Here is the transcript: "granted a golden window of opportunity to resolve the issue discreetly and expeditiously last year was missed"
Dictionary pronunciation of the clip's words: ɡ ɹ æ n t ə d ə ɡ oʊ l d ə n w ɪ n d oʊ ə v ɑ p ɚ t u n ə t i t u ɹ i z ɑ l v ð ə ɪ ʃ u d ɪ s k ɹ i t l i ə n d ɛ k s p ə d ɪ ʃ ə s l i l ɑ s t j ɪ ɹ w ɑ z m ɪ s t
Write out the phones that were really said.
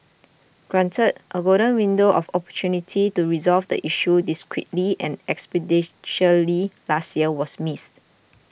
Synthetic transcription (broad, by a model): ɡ ɹ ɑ n t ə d ə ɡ oʊ d ə n w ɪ n d oʊ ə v ɑ p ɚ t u n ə t i t u ɹ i z ɑ l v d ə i ʃ u d ɪ s k ɹ i t l i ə n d ɛ k s p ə d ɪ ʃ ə l i l ɑ s t j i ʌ w ɑ s m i s t